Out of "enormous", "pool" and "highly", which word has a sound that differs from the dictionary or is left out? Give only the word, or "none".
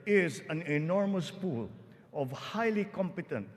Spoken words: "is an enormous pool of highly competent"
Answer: none